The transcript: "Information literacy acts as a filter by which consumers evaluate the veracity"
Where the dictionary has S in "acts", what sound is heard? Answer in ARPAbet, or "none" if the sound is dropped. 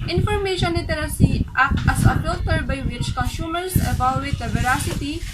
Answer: none